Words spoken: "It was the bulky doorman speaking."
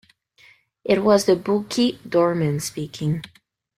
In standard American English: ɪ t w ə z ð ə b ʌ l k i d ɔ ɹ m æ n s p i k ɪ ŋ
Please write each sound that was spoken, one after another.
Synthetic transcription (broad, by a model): ɪ t w ə z ð ə b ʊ k i d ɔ ɹ m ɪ n s p i k ɪ ŋ